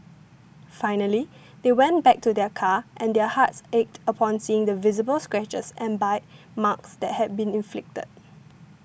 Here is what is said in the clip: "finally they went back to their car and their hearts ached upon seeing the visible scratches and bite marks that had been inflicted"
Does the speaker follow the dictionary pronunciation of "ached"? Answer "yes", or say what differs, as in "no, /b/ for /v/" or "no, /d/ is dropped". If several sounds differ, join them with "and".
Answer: yes